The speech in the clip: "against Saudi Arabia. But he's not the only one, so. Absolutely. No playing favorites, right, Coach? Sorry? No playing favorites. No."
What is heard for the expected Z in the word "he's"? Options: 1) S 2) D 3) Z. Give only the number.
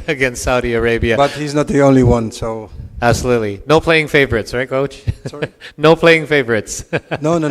3